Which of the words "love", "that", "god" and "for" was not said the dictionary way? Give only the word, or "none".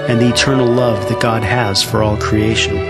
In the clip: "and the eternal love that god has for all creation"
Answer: none